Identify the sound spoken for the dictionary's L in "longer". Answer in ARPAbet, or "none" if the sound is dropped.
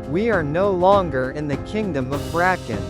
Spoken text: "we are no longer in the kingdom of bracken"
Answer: L